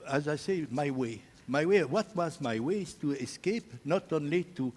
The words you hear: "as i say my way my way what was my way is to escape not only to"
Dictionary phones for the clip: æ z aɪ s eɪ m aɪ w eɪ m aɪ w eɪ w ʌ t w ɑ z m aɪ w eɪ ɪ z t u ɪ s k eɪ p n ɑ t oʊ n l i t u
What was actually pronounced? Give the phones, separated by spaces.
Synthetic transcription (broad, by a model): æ z aɪ s eɪ m aɪ w eɪ m aɪ w eɪ w ʌ t w ɑ z m aɪ w eɪ ɪ z t u ɪ s k eɪ p n ɑ t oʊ n l i t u